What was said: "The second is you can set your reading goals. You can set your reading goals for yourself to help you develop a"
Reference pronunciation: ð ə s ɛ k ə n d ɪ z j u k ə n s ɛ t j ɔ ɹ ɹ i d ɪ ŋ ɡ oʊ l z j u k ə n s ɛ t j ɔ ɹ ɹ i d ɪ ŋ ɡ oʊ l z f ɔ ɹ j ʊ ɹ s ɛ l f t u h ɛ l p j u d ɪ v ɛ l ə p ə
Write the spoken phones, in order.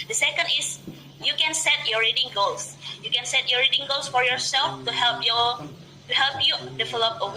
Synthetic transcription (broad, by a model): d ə s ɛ k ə n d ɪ s j u k ə n s ɛ t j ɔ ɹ ɹ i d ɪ ŋ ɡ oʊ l s j u k ə n s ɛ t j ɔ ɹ ɹ i d ɪ ŋ ɡ oʊ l s f ɔ ɹ j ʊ ɹ s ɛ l f t u h ɛ l p j u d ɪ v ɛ l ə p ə